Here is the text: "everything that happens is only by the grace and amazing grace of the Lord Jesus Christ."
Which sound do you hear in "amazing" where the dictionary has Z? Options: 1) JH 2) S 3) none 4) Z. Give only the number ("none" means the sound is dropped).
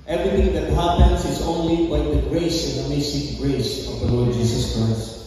2